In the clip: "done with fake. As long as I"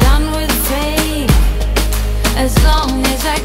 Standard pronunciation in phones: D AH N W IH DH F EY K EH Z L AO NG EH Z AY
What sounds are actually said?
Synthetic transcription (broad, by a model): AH N W IH DH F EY IH Z L AO NG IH Z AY